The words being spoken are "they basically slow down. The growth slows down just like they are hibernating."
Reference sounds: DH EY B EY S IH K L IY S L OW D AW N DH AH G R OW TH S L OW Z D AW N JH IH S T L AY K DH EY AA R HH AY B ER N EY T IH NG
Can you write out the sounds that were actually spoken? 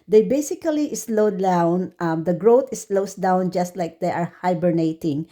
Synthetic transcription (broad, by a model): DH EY B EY S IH K L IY S L OW D AW N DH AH G R OW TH S L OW S D AW N JH IH S T L AY K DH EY AA R HH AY B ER N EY T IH NG